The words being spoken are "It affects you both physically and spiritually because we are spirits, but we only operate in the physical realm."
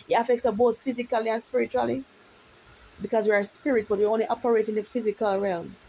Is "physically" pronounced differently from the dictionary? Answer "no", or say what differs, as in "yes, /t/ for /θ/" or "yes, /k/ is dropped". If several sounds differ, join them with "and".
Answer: no